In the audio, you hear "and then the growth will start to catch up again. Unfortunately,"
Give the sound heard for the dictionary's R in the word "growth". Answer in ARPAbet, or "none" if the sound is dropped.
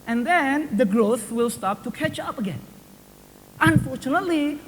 R